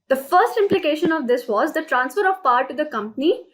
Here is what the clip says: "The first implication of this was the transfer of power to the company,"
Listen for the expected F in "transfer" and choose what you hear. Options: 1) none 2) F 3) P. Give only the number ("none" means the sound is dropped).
2